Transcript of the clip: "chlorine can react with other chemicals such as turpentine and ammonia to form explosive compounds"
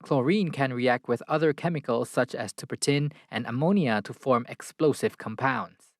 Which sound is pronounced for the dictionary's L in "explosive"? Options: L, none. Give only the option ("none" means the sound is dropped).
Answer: L